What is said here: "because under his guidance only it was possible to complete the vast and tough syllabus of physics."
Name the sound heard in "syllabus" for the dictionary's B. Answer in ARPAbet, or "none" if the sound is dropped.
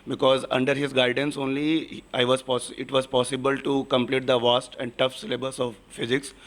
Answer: B